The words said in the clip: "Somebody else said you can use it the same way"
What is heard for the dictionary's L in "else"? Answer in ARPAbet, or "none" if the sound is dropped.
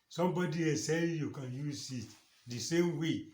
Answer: none